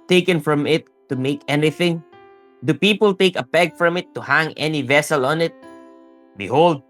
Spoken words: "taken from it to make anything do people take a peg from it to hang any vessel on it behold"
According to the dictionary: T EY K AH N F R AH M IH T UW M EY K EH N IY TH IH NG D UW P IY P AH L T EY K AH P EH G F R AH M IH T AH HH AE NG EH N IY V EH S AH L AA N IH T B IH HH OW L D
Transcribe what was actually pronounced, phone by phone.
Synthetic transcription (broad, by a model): T EY K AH N F R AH M IH T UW M EY K EH N IY TH IH NG D UW P IY P AH L T EY K AH P EH G F R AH M IH T AH HH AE NG EH N IY V EH S AH L AA N IH T B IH HH OW L D